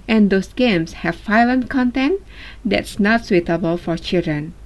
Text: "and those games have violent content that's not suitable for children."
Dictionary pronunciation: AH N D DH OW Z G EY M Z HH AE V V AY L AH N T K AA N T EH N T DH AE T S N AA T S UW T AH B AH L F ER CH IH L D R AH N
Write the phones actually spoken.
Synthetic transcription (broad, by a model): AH N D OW S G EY M S HH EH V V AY L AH N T K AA N T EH N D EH T S N AA T S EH T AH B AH L F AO CH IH L D R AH N